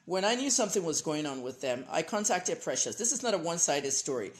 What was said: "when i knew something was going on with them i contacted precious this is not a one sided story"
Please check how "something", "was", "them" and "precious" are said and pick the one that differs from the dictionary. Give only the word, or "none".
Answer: none